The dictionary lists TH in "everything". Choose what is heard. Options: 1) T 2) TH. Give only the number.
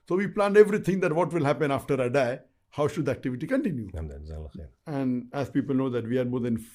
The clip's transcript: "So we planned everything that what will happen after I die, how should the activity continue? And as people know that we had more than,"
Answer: 1